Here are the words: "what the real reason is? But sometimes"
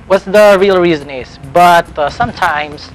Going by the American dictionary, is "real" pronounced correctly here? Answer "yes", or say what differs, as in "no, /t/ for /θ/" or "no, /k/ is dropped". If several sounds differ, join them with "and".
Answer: yes